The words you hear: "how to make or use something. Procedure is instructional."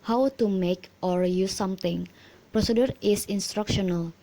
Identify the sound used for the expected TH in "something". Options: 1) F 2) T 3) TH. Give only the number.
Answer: 2